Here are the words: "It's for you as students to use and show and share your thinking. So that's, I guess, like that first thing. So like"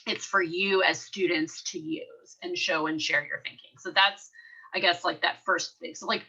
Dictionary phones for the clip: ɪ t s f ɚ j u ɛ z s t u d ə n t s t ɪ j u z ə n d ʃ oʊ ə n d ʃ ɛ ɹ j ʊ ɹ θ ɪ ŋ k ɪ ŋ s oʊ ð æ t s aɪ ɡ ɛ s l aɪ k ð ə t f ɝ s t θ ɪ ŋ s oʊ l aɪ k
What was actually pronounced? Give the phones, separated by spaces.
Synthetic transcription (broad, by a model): ɪ t s f ɚ j u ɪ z s t u d n t s t ɪ j u z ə n ʃ oʊ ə n ʃ ɛ ɹ j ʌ ɹ θ ɪ ŋ k ɪ ŋ s oʊ ð æ t s aɪ ɡ ɛ s l aɪ k ð ə t f ɝ s t θ ɪ ŋ s oʊ l aɪ k